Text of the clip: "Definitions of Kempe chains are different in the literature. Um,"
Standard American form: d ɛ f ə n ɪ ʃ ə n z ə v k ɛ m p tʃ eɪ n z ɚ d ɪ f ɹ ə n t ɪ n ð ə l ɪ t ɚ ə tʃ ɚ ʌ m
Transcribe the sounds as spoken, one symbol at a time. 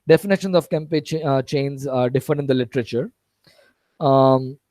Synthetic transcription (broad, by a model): d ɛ f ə n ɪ ʃ ə n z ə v k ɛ m p tʃ eɪ n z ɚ d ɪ f ə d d ɪ n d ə l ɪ t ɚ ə tʃ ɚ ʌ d